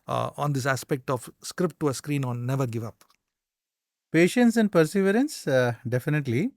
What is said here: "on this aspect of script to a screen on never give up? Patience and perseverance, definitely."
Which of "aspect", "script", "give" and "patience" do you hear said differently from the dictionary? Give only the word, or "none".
none